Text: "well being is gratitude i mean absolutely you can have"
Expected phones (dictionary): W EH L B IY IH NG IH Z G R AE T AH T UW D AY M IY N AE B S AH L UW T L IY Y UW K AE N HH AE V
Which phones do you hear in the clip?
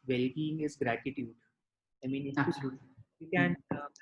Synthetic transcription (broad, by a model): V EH L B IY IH NG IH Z G R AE T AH T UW D AY M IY N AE S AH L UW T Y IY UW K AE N